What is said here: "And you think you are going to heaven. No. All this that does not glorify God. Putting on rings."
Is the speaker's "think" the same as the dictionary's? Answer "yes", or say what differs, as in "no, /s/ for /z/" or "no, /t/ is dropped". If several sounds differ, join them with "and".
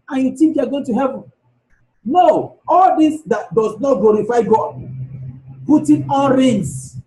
no, /t/ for /θ/